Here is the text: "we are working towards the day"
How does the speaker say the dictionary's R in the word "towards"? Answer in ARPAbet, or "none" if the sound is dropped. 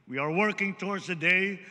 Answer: R